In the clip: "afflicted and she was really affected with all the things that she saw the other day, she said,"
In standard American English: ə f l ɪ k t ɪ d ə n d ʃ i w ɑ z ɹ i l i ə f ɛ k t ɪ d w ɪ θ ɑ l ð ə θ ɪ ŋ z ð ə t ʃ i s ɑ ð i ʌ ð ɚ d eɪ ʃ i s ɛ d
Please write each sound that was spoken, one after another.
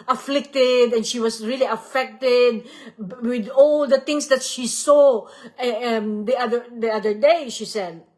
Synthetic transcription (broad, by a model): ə f l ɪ k t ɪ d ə n ʃ i w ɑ s ɹ i l i ə f ɛ k t ɪ d w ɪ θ ɑ l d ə t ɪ ŋ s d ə t ʃ i s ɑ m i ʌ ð ɚ d eɪ ʃ i s ɛ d